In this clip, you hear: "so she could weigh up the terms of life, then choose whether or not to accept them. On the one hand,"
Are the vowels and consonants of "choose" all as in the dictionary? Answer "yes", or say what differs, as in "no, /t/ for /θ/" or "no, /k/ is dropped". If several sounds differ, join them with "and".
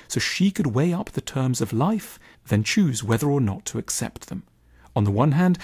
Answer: yes